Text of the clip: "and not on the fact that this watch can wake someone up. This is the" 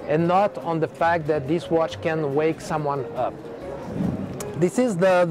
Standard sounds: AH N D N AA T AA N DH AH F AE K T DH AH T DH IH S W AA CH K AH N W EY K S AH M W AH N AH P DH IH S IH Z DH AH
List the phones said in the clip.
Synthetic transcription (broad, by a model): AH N N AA T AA N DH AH F AE K T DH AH T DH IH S W AA CH K AH N W EY K S AH M W AH N AH P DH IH S IH Z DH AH